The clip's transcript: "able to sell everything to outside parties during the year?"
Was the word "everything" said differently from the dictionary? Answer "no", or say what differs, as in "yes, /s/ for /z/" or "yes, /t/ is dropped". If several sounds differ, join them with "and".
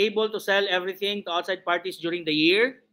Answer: yes, /t/ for /θ/